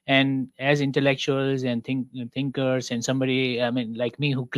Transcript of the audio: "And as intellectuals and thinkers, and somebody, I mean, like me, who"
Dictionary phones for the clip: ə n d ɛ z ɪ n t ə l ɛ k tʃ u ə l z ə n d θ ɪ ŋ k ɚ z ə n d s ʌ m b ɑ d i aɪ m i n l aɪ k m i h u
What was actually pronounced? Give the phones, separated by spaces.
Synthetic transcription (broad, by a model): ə n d ɛ z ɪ n t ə l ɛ k tʃ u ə l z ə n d t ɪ ŋ k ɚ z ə n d s ʌ m b ɑ d i aɪ m i n l aɪ k m i h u